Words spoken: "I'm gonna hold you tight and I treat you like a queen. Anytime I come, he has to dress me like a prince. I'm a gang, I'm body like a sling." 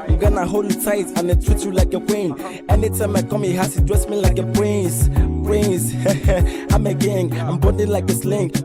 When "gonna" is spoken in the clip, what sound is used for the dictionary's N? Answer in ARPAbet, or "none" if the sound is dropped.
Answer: N